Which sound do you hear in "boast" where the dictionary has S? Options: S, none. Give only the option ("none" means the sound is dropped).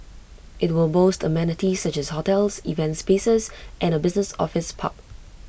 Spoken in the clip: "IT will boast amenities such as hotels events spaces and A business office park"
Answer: S